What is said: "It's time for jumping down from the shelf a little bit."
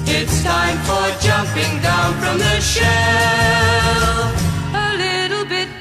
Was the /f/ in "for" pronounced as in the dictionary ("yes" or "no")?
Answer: yes